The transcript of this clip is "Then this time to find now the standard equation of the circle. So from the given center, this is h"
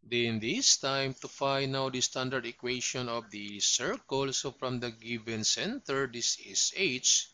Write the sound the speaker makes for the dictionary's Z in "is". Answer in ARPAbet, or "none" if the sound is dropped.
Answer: S